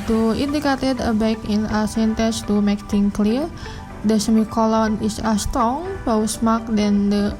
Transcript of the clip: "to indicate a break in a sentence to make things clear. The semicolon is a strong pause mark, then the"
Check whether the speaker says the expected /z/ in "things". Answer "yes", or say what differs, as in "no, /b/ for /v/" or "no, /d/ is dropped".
no, /z/ is dropped